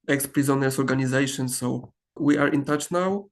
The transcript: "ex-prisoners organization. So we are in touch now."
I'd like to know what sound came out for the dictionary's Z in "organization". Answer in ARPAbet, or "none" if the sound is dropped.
Z